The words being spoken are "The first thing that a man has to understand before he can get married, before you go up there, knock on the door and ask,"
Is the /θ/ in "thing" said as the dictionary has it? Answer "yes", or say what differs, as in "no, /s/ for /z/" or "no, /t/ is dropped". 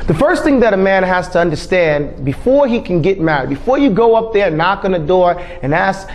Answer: yes